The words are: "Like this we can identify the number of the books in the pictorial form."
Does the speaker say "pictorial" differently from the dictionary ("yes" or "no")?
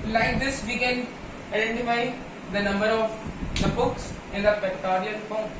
yes